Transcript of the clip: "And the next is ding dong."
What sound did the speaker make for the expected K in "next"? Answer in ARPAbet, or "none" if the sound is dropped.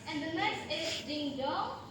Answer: none